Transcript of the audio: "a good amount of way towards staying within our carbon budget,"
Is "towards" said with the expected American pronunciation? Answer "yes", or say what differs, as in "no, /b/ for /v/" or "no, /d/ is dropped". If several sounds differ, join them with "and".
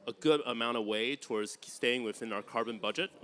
yes